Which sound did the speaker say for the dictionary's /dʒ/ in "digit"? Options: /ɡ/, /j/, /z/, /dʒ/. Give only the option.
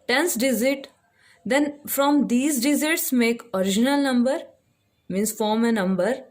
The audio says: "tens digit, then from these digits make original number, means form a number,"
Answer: /z/